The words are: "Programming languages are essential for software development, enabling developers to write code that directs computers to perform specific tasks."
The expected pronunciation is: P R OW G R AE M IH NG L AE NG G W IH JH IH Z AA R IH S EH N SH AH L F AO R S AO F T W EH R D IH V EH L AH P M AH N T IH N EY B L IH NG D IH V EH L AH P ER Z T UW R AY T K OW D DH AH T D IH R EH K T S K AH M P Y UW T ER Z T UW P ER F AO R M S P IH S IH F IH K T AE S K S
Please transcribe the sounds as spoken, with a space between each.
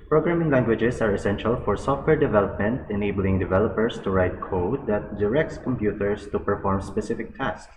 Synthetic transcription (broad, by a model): P R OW G R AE M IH NG L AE NG G W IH JH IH S AA R IH S EH N SH AH L F AO R S AO F T W EH R D IH V EH L AH P M AH N T IH N EY B L IH NG D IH V EH L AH P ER S T UW R AY T K OW D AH T D IH R EH K T S K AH M P Y UW T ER S T UW P ER F AO R M S P IH S IH F IH K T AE S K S